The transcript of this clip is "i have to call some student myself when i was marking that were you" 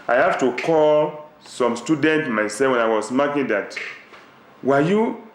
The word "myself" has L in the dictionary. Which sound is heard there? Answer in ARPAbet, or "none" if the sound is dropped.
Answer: none